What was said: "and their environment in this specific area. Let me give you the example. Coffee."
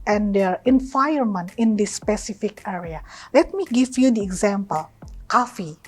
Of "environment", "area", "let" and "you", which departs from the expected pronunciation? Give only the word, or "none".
environment